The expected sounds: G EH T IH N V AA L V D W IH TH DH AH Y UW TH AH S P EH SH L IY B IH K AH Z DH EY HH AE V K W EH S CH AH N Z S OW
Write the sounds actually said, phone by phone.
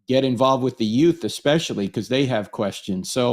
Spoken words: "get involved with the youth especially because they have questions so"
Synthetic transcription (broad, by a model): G EH T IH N V AA L V D W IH DH AH Y UW TH AH S P EH SH L IY K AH Z DH EY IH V K W EH S CH AH N Z S OW